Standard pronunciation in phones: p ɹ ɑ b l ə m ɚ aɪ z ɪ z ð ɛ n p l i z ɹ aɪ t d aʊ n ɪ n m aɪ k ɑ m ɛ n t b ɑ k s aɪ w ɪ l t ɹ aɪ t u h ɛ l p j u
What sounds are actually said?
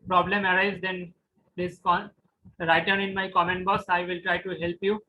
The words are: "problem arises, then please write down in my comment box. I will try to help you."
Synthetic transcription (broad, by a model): p ɹ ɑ b l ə m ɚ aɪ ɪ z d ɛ n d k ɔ ɹ aɪ t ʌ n ɪ n m aɪ k ɑ m ɛ n t b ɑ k s aɪ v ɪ l t ɹ aɪ t u h ɛ l p j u